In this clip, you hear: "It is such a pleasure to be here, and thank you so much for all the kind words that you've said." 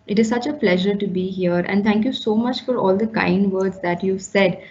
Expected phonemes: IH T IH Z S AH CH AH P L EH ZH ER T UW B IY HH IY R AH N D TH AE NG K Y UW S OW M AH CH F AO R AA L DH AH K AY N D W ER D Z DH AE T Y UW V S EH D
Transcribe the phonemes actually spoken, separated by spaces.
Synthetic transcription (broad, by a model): IH T IH Z S AH CH AH P L EH ZH ER T UW B IY HH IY R AH N D T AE NG K Y UW S OW M AH CH F AO R AA L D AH K AY N D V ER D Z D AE T Y UW V S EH D